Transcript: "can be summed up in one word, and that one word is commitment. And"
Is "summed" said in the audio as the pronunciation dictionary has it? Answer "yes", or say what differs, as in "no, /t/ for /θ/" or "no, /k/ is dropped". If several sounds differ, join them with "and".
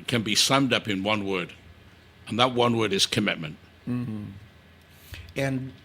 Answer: yes